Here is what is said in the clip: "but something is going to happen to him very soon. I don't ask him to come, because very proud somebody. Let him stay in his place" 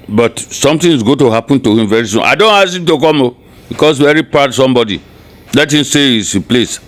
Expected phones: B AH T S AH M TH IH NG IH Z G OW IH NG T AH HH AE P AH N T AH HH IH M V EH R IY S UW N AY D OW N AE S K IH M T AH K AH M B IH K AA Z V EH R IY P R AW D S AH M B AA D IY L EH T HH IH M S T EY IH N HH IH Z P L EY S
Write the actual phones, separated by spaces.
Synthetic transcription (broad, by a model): B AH T S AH M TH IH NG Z G OW T AH HH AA P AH N T AH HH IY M V EH R IY S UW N AY D OW N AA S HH IH M T AH K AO M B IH K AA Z V EH R IY P AW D S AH M B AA D IY L EH T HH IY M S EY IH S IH P L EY S